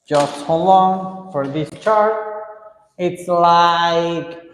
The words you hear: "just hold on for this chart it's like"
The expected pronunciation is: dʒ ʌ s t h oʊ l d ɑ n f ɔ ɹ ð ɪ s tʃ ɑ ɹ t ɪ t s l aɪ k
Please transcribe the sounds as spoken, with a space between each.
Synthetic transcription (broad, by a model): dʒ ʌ s t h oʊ l ɑ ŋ f ɔ ɹ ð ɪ s tʃ ɑ ɹ t ɪ t s l aɪ k